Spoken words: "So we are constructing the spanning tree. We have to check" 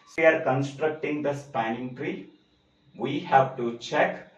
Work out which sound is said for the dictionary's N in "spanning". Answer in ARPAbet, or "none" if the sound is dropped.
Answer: N